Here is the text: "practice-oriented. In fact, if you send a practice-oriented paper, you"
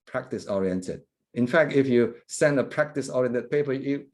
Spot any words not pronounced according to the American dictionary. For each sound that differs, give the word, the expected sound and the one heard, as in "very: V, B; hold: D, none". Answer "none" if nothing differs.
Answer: none